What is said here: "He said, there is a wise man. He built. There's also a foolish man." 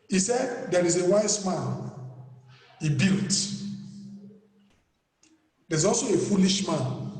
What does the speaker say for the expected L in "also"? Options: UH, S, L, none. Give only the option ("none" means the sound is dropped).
L